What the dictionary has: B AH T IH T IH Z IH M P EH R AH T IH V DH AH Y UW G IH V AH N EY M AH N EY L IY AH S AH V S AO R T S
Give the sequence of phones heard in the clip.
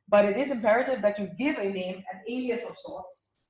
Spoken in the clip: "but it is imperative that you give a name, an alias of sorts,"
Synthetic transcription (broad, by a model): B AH T IH T IH Z IH M P EH R AH T IH V DH AH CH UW G IH V AH N EY M AH N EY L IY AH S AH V S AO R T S